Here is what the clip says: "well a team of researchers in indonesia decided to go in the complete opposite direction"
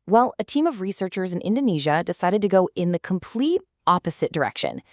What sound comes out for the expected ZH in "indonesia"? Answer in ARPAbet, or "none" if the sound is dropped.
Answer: ZH